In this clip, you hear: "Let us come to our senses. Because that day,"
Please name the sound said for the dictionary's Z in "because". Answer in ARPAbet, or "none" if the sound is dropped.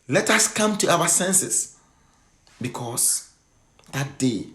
S